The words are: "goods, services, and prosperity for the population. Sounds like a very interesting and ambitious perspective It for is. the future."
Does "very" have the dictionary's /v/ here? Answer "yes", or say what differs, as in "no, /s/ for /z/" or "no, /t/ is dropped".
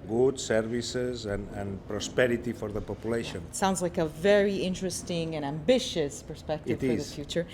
yes